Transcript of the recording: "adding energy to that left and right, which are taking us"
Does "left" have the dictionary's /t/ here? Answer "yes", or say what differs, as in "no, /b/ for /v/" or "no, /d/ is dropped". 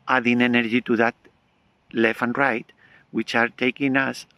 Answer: no, /t/ is dropped